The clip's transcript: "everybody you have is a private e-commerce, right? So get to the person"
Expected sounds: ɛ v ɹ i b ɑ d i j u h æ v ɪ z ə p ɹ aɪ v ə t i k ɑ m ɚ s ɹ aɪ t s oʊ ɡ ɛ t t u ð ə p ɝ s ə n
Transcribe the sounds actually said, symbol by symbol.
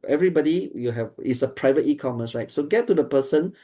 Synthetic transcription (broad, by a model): ɛ v ɹ i b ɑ d i j u h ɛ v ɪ s ə p ɹ aɪ v ə t i k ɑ m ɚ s ɹ aɪ t s oʊ ɡ ɛ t t u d ə p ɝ s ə n